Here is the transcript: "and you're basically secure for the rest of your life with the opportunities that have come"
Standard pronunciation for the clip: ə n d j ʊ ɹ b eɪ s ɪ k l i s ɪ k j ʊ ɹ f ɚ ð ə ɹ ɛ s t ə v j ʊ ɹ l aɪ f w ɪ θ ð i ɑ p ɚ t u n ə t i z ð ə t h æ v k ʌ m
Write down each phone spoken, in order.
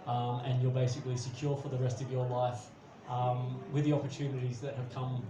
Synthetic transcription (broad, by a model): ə n j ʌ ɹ b eɪ s ɪ k l i s ɪ k j ʊ ɹ f ɚ ð ə ɹ ɛ s t ə v j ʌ ɹ l aɪ f w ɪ ð i ɑ p ɚ t u n ə t i z ð ə t h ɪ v k ʌ m